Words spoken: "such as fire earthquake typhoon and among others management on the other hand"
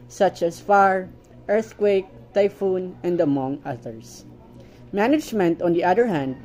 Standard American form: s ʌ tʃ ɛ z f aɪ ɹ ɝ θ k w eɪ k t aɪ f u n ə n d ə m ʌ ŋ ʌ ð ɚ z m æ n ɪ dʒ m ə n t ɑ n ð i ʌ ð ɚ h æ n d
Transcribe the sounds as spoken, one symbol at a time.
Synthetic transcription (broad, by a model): s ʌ tʃ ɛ s f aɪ ɹ ɝ θ k w eɪ k t aɪ f u n ə n d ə m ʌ ŋ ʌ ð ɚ s m æ n ɪ dʒ m ə n t ɑ n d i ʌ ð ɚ h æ n d